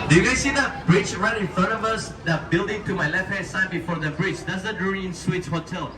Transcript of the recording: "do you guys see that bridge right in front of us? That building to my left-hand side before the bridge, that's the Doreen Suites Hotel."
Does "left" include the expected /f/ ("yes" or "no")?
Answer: yes